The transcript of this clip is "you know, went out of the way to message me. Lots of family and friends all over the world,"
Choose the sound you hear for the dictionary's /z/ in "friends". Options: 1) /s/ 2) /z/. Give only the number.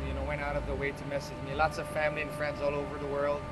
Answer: 2